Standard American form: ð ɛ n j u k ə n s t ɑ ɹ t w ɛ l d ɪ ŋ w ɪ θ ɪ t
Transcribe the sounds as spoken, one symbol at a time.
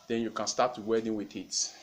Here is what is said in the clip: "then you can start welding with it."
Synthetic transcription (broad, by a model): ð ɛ n j u k ə n s t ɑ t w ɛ d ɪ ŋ w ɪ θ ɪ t